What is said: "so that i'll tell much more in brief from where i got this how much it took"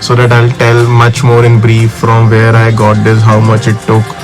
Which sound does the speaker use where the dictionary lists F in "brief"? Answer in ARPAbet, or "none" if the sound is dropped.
F